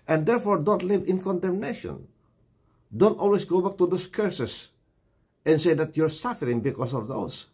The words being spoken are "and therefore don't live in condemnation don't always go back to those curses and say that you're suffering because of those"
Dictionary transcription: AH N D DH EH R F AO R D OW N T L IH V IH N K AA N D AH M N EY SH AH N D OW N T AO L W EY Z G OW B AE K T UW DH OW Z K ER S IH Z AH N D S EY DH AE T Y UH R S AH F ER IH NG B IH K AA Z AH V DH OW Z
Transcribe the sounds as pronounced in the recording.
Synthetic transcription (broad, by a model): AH N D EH R F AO R D OW N T L IH V IH N K AA N D AH M N EY SH AH N D OW N T AO L W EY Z G OW B AE K T UW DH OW S K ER S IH S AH N S EY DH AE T Y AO R S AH F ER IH NG B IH K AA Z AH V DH OW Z